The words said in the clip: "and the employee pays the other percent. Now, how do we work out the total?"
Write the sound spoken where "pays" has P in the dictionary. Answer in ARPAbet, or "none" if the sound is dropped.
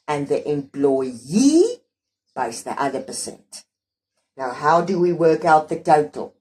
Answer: B